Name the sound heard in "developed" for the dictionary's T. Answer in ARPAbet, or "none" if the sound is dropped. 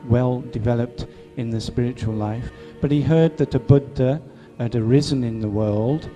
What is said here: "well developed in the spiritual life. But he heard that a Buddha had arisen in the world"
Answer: T